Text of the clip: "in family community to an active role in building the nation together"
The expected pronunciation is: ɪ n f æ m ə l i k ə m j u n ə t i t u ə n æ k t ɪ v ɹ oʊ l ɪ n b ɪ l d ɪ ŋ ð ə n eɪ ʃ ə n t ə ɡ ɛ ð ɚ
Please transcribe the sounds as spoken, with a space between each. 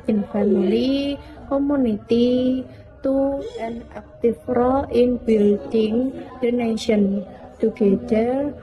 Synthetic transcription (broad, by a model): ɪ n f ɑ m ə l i k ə m u n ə t i t u ə n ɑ k t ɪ f ɹ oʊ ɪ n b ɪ l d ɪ ŋ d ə n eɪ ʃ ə n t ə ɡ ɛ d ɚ